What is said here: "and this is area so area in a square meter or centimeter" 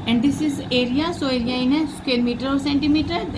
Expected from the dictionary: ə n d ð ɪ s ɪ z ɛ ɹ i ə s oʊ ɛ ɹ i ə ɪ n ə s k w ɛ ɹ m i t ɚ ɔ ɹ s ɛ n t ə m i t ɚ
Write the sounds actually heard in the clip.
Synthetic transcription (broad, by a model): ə n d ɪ s ɪ z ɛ ɹ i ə s oʊ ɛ ɹ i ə ɪ n ə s k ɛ l m i t ɚ ɔ ɹ s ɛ n t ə m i t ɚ